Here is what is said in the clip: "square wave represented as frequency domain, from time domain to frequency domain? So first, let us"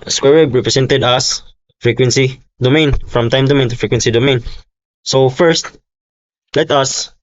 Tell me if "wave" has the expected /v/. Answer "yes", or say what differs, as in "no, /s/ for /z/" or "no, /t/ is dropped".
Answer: no, /b/ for /v/